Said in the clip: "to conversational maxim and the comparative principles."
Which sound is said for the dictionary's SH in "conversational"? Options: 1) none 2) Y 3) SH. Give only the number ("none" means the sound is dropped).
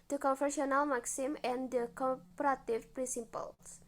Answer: 1